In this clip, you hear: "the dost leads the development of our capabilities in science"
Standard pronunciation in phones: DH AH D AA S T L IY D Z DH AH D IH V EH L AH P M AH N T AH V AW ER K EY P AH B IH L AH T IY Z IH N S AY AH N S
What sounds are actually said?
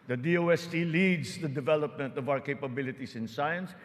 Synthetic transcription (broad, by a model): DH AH D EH S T L IY D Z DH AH D IH V EH L AH P M AH N T AH V AW ER K EY P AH B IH L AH T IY S IH N S AY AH N S